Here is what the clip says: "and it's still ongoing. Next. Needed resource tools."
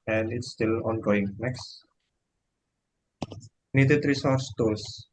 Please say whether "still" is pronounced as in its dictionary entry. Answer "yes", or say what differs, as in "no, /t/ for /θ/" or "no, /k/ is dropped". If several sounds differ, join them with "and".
yes